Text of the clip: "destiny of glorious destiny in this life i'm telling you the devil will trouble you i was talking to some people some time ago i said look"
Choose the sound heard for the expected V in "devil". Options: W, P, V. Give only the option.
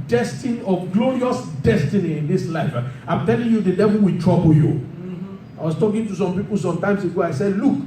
V